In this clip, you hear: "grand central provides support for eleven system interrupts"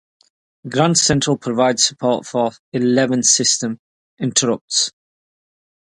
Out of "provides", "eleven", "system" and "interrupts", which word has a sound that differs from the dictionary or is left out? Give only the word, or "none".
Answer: none